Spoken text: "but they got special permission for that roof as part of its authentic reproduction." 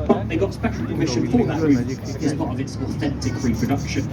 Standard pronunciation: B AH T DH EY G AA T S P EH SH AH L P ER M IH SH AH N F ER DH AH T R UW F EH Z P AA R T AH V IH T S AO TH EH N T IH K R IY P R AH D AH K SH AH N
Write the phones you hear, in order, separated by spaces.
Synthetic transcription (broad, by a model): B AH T DH EY G AA T S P EH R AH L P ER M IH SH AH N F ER DH AH T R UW IH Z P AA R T AH V IH T S AO TH EH N T IH K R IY P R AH D AH K SH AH N